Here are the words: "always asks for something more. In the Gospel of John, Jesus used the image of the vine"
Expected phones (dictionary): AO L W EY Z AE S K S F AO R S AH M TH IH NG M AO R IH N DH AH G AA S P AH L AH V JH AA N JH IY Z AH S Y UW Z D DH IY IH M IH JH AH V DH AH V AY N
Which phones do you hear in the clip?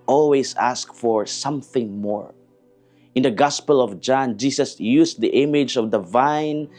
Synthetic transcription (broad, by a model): AO L W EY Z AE S K F AO R S AH M TH IH NG M AO R IH N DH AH G AA S P AH L AH V JH AA N JH IY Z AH S Y UW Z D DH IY IH M IH JH AH V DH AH V AY N